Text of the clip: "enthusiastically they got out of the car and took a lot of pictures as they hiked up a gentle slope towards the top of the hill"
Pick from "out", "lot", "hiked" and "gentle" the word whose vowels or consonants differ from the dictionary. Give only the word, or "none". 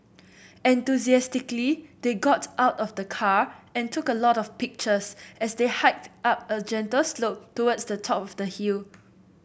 none